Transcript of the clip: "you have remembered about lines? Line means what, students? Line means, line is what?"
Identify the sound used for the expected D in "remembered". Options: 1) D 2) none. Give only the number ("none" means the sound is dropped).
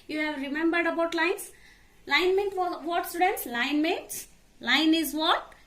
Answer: 1